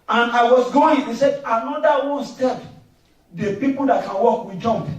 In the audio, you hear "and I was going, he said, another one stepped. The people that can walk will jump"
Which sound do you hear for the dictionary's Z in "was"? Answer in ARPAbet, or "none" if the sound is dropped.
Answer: S